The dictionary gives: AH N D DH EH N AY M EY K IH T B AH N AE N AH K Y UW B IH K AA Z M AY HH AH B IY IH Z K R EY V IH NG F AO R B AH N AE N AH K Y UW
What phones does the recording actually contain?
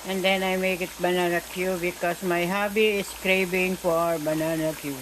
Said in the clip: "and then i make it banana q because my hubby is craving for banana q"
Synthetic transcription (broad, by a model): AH N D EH N AY M EY K IH T B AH N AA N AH K Y UW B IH K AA S M AY HH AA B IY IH S K R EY B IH NG F AO R B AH N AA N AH K Y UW